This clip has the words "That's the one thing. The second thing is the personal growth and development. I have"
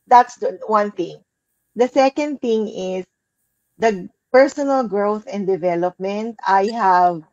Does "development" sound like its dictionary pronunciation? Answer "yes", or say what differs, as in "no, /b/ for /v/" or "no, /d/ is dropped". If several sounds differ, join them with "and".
yes